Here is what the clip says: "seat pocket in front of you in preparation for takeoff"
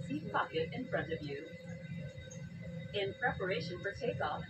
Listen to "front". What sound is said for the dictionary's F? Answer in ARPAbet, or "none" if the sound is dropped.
F